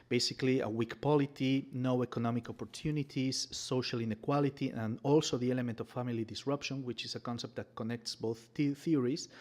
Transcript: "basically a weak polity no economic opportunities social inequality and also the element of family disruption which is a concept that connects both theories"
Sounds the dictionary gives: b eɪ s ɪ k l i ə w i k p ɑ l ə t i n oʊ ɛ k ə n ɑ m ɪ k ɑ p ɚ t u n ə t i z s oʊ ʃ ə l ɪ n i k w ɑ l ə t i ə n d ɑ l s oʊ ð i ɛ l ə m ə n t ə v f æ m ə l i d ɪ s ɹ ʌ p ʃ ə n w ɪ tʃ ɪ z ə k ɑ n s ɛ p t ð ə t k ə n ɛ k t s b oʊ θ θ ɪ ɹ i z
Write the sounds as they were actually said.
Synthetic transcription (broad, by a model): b eɪ s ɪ k l i ə w i k p ɑ l ə t i n oʊ ɛ k ə n ɑ m ɪ k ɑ p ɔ t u n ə t i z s oʊ ʃ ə l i n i k w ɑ l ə t i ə n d ɑ l s oʊ ð i ɛ l ə m ə n t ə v f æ m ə l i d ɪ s ɹ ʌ p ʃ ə n w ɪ tʃ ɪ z ə k ɑ n s ɛ p t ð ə t k ə n ɛ k t s b oʊ θ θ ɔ ɹ i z